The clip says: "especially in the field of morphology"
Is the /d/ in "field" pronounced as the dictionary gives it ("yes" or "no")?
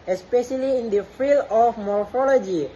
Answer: no